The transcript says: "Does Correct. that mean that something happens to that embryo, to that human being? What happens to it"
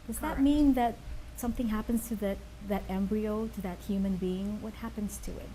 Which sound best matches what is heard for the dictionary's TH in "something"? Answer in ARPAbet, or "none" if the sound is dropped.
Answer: TH